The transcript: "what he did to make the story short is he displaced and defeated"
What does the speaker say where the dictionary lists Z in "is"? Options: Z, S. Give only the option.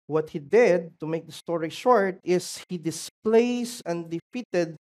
S